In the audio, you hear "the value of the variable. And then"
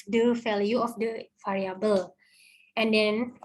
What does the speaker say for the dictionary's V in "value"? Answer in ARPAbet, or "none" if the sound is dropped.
F